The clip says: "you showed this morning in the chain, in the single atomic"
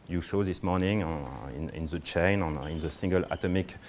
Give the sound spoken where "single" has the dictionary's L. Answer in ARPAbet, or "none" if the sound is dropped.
L